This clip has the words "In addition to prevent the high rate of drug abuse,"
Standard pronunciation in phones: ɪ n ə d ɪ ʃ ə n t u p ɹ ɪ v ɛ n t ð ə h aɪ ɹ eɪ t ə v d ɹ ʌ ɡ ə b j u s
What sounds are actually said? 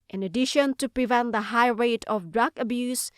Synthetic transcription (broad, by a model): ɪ n ə d ɪ ʃ ə n t u p ɹ ɪ v ɛ n t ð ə h aɪ ɹ eɪ t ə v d ɹ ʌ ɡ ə b j u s